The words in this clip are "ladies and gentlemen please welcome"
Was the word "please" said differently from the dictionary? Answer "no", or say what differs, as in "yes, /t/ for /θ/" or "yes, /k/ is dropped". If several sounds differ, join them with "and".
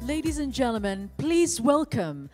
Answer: no